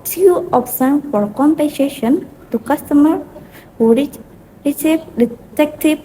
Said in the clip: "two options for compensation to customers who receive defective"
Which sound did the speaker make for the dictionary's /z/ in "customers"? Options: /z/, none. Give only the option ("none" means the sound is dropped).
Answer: none